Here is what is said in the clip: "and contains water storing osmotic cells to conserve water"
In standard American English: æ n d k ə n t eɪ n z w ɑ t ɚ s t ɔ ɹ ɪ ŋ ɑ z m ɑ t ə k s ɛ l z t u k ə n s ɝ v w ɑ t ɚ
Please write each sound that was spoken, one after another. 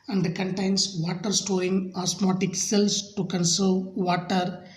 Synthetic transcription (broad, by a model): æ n d k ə n t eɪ n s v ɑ t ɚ s t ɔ ɪ ŋ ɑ s m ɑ t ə k s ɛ l s t u k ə n s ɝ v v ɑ t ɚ